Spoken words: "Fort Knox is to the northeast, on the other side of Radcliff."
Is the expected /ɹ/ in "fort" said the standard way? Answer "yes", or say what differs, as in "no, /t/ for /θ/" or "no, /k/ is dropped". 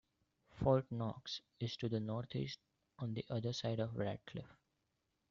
no, /l/ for /ɹ/